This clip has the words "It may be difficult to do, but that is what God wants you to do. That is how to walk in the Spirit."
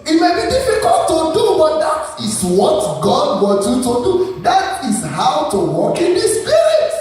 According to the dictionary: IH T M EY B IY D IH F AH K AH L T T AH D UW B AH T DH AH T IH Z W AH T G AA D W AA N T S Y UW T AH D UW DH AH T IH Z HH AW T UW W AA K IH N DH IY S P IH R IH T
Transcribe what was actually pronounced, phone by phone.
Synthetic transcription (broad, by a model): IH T M EY B IY D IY F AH K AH L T T AH D UW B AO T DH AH T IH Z W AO T G AA D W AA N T Y UW T AH D UW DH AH T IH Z HH AW T UW W AA K IH N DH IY S P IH R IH T